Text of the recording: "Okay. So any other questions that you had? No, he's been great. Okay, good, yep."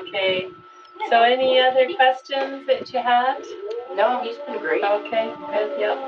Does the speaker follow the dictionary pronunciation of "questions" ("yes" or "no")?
yes